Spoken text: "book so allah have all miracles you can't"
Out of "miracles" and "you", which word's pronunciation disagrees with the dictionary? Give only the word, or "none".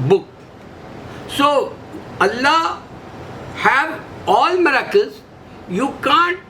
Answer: miracles